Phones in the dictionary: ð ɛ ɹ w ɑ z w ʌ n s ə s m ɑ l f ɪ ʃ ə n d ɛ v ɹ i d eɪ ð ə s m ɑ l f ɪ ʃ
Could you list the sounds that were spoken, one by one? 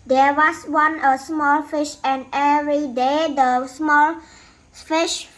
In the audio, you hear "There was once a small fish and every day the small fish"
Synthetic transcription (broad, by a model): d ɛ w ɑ s w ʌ n ə s m ɑ l f ɪ ʃ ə n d ɛ v ɹ i d eɪ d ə s m ɑ l f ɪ ʃ